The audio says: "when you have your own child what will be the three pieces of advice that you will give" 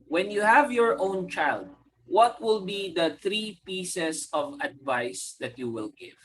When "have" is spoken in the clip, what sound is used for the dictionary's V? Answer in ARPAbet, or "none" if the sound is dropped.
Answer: V